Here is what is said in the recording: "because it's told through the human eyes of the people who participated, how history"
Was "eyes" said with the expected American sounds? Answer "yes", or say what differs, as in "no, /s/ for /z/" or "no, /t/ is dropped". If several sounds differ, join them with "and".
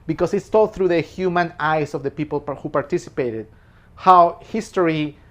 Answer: no, /s/ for /z/